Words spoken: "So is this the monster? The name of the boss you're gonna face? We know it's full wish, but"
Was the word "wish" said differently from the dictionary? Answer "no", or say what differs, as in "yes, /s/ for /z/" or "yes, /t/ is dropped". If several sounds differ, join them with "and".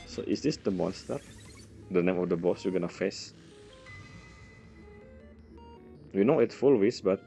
yes, /s/ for /ʃ/